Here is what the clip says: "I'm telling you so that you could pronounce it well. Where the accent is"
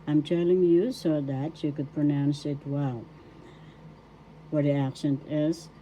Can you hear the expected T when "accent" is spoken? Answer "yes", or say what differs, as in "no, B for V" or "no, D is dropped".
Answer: yes